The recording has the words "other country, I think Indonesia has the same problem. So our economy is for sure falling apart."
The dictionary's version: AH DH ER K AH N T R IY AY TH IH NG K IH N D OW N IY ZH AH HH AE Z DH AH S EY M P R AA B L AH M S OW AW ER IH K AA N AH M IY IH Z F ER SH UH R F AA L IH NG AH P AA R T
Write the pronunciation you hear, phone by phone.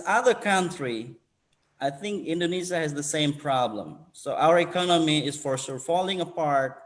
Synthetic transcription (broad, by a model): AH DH ER K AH N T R IY AY TH IH NG K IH N D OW N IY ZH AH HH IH Z DH AH S EY M P R AA B L AH M S OW AW ER IH K AA N AH M IY IH Z F ER S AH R F AA L IH NG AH P AA R T